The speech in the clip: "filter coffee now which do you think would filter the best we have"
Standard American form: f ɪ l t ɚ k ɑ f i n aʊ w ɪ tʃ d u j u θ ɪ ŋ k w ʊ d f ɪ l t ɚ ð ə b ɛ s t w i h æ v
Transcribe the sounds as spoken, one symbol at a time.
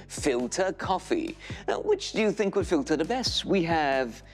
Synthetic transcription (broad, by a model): f ɪ l t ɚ k ɑ f i w ɪ tʃ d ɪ j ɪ θ ɪ ŋ k w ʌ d f ɪ l t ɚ ð ə b ɛ s t w i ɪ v